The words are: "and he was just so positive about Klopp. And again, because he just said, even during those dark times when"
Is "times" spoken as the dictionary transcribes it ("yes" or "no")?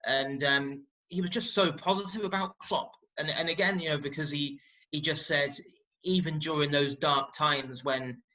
yes